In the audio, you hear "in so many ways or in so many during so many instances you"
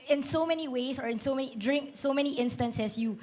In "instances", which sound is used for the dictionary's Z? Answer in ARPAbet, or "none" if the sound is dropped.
S